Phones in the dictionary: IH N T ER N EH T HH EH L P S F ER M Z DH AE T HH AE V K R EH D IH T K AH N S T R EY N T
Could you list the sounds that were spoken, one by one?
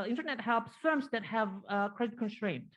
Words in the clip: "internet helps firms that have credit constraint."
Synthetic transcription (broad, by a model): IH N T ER N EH T HH EH L P S F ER M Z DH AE T HH AE V K R EH D IH T K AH N S T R EY N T